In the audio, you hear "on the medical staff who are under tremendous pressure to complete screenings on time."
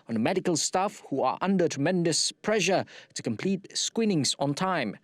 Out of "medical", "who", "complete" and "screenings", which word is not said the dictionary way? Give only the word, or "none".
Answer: screenings